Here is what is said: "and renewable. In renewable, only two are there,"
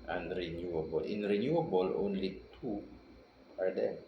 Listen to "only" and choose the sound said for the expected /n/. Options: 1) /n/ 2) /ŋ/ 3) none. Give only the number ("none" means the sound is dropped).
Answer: 1